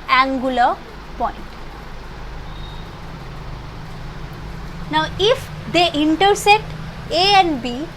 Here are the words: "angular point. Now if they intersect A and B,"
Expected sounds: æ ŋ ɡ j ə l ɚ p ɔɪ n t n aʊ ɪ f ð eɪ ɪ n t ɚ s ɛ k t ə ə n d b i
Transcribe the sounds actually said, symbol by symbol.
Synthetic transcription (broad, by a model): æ ŋ ɡ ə l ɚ p ɔɪ n t n aʊ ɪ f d eɪ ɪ n t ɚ s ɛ t ə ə n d b i